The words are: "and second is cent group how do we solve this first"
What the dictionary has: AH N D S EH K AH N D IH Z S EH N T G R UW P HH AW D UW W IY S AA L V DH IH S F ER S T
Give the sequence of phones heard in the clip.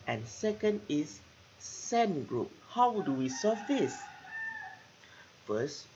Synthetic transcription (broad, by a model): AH N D S EH K AH N D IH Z S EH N G R UW P HH AW D UW W IY S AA V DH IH S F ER S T